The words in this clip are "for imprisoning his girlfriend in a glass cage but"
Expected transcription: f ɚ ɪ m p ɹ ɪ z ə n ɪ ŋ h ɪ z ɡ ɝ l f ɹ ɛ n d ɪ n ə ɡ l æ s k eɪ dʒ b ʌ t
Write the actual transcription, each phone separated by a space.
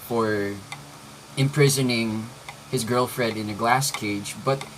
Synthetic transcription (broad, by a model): f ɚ ɪ m p ɹ ɪ z ə n ɪ ŋ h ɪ z ɡ ɝ l f ɹ ɛ d ɪ n ə ɡ l æ s k eɪ dʒ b ʌ t